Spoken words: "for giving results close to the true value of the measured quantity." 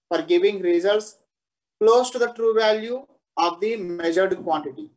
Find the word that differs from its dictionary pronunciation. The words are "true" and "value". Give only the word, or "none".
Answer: none